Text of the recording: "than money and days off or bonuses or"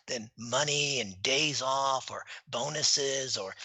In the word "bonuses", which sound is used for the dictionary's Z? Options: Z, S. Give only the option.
Z